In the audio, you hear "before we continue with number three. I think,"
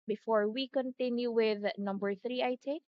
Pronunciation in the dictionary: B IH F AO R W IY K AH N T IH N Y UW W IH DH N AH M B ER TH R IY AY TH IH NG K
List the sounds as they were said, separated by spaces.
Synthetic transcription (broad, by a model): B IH F AO R W IY K AH N T IH N Y UW W IH DH N AH M B ER TH R IY AY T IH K